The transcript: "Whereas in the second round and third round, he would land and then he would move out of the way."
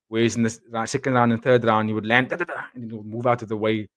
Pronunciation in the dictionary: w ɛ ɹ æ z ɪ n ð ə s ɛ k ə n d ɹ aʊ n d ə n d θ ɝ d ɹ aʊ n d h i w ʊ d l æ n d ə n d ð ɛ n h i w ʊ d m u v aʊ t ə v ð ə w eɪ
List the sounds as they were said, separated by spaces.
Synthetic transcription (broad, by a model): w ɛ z ɪ n ð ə s ɛ k ə n d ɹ aʊ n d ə n θ ɝ d ɹ aʊ n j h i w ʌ d l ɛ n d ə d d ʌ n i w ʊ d m u v aʊ t ə v ð ə w eɪ